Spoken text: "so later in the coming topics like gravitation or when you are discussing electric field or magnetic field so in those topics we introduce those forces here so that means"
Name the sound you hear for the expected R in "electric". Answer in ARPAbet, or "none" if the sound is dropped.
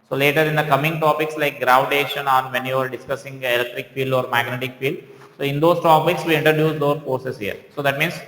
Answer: R